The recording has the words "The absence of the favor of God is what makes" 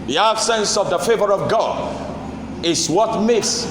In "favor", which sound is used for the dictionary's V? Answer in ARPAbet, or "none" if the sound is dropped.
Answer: V